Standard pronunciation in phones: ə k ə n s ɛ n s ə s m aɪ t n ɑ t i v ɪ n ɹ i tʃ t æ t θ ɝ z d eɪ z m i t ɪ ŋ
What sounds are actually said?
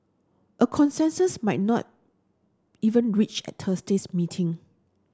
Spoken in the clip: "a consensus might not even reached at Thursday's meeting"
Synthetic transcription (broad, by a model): ə k ə n s ɛ n s ə s m aɪ t n ɑ t i v ɪ n ɹ i tʃ ɛ t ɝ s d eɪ s m i t ɪ ŋ